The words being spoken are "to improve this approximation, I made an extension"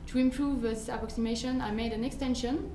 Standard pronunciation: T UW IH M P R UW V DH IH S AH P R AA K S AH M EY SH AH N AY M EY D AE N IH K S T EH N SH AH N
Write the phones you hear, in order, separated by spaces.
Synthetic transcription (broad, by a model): T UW IH M P R UW V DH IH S AH P R AA K S AH M EY SH AH N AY M EY D AE N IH K S T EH N SH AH N